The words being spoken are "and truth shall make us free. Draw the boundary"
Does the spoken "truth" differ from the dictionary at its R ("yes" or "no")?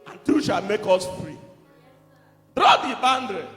yes